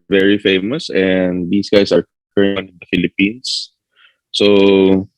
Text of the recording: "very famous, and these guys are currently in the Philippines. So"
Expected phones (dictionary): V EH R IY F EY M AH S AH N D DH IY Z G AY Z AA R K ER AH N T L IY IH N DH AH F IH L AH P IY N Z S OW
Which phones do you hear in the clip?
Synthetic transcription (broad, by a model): V EH R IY F EY M AH S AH N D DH IY S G AY S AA R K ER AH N IH N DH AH F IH L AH P IY N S S OW